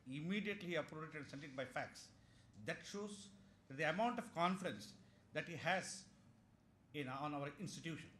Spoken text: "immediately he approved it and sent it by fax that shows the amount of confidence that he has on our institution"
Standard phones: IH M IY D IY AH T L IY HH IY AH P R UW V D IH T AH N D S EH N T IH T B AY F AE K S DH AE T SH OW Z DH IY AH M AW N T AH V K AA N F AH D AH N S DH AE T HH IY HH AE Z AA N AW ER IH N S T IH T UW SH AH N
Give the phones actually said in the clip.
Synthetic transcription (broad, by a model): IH M IY D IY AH T L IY IY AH P R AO P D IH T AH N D S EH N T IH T B AY F AE K S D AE T SH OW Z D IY AH M AW N T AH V K AA N F AH D AH N S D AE T HH IY HH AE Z AA N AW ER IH N S T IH T UW SH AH N